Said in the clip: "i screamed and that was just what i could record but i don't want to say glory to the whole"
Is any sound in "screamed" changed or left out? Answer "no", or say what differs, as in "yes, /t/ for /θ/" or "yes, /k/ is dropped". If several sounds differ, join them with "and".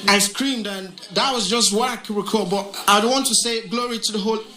no